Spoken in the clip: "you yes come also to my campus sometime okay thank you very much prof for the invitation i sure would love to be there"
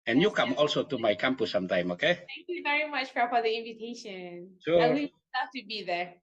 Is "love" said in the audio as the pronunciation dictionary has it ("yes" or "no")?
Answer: no